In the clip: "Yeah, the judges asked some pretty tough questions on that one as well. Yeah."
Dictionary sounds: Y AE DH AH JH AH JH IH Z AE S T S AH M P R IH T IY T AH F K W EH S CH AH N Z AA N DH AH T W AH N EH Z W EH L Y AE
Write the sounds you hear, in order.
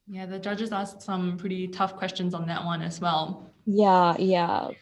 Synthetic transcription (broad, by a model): Y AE DH AH JH AH JH IH Z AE S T S AH M P R IH T IY T AH F K W EH S CH AH N Z N DH AH T W AH N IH Z W EH L Y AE